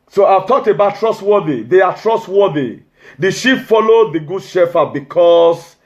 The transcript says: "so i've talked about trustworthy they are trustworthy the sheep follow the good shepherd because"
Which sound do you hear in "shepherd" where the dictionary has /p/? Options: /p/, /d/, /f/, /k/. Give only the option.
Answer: /f/